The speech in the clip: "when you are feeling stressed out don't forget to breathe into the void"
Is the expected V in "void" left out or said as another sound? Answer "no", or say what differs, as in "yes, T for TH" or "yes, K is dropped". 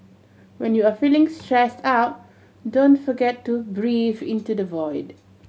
no